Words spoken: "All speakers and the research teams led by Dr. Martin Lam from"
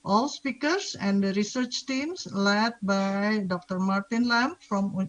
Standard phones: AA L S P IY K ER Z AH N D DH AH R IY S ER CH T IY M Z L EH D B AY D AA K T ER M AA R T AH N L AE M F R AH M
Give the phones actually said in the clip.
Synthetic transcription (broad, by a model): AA L S P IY K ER S AH N D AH R IY S ER CH T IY M S L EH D B AY D AA K T ER M AA R T AH N L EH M F R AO M